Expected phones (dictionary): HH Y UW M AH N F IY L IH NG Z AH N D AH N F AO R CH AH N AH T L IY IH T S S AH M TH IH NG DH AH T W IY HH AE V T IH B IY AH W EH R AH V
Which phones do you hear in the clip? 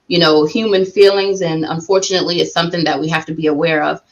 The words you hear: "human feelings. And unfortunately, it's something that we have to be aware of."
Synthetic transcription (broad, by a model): HH Y UW M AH N F IY L IH NG Z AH N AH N F AO R CH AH N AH T L IY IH T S S AH M TH IH NG DH AH T W IY HH AE F T IH B IY AH W EH R AH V